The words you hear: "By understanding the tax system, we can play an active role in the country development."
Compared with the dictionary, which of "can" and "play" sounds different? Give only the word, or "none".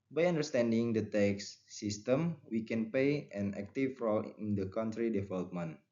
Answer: play